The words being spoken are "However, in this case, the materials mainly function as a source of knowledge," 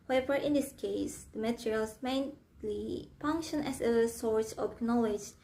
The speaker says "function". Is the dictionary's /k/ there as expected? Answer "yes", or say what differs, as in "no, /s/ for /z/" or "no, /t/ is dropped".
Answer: yes